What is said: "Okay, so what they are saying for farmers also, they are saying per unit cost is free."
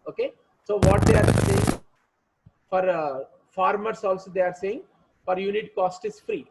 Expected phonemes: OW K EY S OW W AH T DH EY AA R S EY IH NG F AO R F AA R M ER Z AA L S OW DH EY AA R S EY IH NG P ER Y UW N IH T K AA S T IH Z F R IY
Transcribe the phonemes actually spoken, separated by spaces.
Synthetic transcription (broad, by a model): OW K EY S OW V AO T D EY AA R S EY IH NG F AO R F AA R M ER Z AA L S OW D EY AA R S EY IH NG F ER Y UW N IH T K AA S T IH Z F R IY